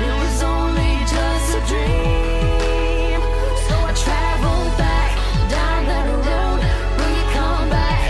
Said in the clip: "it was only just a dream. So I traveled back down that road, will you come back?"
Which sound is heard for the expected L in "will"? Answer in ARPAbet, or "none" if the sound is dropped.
N